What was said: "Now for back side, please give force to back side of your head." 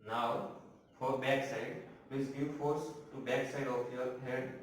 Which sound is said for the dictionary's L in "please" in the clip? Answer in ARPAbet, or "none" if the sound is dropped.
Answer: none